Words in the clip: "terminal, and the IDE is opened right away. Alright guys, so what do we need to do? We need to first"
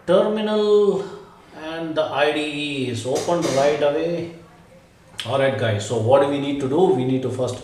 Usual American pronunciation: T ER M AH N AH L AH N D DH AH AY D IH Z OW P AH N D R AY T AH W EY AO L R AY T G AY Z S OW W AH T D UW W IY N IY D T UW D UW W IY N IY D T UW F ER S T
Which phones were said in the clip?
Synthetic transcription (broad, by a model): T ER M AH N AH L AH N D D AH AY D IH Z OW P AH N D R AY T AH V EY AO R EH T G AY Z S OW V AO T D UW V IY N IY D T UW D UW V IY N IY D T UW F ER S T